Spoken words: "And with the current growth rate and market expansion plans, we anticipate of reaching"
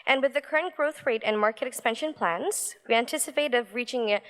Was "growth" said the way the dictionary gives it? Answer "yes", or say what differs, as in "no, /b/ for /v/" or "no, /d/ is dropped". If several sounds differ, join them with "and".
yes